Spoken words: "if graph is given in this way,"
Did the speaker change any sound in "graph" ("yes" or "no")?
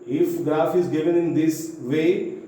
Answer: yes